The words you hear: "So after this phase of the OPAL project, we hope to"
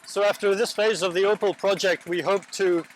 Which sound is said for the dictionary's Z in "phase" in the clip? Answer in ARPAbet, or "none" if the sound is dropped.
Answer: Z